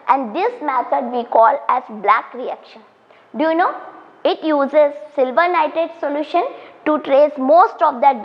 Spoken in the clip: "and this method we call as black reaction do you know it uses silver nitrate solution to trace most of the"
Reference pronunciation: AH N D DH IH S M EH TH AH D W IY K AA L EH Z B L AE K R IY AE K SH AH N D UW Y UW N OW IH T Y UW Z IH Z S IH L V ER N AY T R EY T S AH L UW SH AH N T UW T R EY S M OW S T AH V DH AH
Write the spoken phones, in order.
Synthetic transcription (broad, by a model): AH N D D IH S M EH T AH D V IY K AA L EH Z B L AE K R IY AE K SH AH N D UW Y UW N OW IH T Y UW Z IH Z S IH L V ER N AY T EY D S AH L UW SH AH N T UW T R EY S M OW S T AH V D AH